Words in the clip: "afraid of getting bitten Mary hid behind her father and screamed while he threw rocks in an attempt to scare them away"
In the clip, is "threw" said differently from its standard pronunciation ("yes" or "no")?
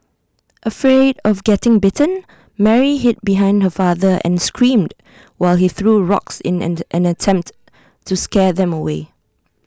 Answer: no